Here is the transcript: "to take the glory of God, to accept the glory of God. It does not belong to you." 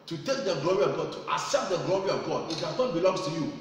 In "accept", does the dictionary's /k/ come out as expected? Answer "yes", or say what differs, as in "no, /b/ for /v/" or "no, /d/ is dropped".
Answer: no, /k/ is dropped